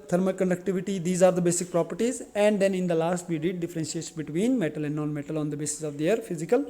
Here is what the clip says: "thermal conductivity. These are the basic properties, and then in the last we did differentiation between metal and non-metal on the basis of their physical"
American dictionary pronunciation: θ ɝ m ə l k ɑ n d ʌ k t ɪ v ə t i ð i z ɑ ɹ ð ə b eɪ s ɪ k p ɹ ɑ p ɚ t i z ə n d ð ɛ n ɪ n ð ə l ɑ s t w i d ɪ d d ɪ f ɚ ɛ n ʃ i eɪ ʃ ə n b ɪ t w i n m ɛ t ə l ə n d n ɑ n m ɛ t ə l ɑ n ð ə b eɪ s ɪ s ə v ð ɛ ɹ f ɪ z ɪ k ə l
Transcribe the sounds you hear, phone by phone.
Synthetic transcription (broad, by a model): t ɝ m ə k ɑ n d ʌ k t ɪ v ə t i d i z ɑ ɹ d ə b eɪ s ɪ k p ɹ ɑ p ɚ t i z ə n d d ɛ n ɪ n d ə l ɑ s t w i d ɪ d d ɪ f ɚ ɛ n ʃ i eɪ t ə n b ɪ t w i n m ɛ t ə l ə n d n ɑ n m ɛ t ə l ɑ n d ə b eɪ s ɪ s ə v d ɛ ɹ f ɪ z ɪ k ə l